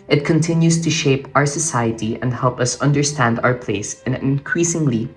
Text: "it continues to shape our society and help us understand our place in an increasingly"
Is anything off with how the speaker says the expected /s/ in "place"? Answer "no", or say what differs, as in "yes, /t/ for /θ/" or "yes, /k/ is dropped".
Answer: yes, /s/ is dropped